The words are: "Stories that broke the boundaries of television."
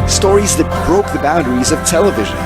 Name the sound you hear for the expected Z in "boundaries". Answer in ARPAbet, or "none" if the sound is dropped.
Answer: Z